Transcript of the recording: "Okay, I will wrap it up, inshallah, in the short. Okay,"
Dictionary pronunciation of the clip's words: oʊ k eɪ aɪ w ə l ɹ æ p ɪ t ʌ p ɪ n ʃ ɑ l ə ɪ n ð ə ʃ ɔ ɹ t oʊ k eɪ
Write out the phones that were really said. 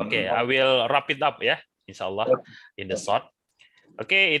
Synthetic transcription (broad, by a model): oʊ k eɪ aɪ w ə l ɹ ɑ p ɪ t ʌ p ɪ n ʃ ɑ l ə ɪ n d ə s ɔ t t oʊ k eɪ